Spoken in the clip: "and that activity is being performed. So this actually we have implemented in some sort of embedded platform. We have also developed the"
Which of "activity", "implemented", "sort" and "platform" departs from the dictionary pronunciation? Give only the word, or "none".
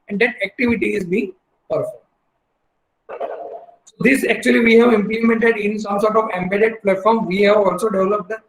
none